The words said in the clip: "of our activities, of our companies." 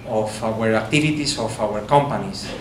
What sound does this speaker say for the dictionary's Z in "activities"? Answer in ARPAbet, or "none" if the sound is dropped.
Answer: S